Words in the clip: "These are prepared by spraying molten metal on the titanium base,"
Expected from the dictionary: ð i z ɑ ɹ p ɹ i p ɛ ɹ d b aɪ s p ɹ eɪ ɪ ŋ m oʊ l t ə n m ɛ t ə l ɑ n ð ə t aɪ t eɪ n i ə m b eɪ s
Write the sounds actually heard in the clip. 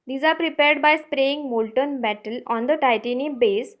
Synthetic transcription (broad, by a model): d i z ɑ ɹ p ɹ i p ɛ ɹ d b aɪ s p ɹ eɪ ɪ ŋ m oʊ l t ə n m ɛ t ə l ɑ n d ə t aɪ t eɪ n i b eɪ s